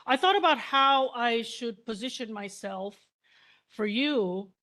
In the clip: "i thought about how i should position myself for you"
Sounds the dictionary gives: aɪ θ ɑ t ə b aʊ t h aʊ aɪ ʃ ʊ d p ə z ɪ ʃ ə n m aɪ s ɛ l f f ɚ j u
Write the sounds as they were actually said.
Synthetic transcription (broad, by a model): aɪ θ ɑ t ə b aʊ t h aʊ aɪ ʃ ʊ d p ə z ɪ ʃ ə n m aɪ s ɛ l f f ɚ j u